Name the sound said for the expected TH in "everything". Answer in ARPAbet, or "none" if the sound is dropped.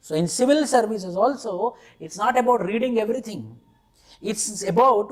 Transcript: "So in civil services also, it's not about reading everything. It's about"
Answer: T